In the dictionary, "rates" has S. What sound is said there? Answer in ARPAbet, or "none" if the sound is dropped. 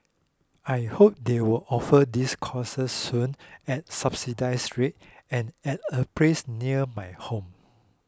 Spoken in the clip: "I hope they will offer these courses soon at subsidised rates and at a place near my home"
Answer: none